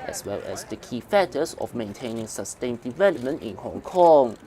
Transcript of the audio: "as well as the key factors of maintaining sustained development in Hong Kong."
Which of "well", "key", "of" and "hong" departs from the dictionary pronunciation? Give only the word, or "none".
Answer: of